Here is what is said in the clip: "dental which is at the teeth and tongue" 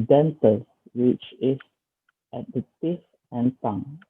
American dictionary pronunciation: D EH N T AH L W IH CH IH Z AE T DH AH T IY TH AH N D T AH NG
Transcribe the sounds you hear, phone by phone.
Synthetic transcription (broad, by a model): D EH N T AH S W IH CH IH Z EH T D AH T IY F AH N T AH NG